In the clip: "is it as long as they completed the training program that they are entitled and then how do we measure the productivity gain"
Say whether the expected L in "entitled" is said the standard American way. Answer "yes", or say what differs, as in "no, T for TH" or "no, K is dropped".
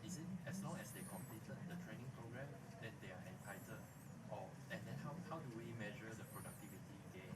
no, L is dropped